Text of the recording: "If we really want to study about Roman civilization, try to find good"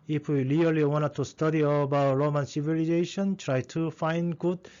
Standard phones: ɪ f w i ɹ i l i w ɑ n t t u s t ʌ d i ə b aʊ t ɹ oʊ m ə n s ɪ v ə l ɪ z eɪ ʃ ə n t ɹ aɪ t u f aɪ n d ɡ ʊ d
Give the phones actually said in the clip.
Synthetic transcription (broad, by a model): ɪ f w i l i l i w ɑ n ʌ t u s t ʌ d i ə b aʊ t ɹ oʊ m ə n s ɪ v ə l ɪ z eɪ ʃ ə n t ɹ aɪ t u f aɪ n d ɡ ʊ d